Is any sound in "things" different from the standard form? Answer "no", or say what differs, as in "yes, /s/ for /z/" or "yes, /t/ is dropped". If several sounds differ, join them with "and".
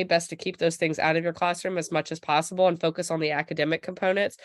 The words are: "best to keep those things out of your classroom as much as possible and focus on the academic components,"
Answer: no